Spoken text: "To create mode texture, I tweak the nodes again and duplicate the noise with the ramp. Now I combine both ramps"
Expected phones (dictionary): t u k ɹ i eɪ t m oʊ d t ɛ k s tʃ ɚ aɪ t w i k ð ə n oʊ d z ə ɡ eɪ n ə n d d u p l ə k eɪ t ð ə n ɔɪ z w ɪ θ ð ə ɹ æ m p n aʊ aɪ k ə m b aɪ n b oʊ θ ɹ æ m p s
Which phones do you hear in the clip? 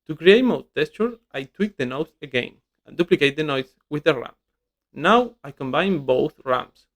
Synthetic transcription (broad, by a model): t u k ɹ i eɪ t m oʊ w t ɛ s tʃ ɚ aɪ t w i k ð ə n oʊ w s ə ɡ eɪ n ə n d d u p l ə k eɪ t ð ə n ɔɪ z w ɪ ð ə ɹ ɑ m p n aʊ aɪ k ə m b aɪ n b oʊ θ ɹ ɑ m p s